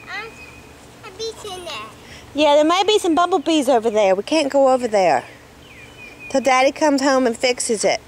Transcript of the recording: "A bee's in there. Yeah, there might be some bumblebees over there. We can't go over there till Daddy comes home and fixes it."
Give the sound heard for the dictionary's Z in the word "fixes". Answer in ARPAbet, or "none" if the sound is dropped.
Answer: Z